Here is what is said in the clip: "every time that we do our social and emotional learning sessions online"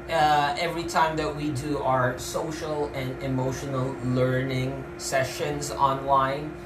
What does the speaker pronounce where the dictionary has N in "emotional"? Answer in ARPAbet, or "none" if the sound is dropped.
N